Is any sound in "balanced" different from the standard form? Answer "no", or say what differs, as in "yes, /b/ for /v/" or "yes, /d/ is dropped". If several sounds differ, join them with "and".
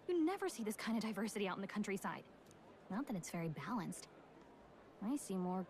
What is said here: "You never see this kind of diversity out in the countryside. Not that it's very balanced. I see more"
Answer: no